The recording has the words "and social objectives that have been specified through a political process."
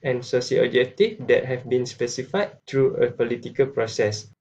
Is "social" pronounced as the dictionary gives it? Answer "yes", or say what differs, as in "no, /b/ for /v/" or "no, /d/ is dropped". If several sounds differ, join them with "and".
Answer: no, /s/ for /ʃ/